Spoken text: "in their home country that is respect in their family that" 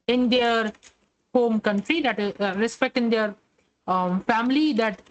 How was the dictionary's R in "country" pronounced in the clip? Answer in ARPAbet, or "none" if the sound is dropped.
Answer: R